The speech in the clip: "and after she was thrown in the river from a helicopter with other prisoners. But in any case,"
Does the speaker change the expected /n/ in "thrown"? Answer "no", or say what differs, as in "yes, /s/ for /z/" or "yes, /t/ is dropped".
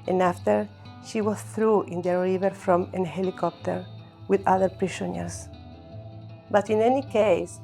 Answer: yes, /n/ is dropped